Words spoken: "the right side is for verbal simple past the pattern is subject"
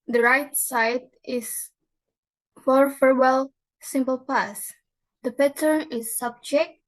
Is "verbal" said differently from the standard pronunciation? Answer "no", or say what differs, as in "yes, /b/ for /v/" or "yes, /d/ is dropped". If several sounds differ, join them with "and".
yes, /f/ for /v/